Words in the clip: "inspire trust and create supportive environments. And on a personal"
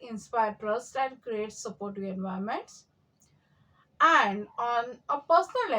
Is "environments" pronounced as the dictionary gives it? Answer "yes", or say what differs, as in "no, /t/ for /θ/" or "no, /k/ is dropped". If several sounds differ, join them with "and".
no, /ɹ/ is dropped